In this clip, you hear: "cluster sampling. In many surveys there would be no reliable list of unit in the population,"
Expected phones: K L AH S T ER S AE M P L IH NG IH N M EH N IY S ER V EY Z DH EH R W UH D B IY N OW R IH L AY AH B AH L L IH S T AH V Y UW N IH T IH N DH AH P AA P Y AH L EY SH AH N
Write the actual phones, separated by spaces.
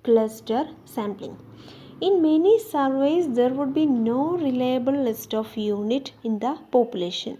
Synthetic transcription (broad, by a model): K L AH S T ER S AE M P L IH NG IH N M EH N IY S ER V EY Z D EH R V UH D B IY N OW R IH L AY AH B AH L L IH S T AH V Y UW N IH T IH N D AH P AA P Y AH L EY SH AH N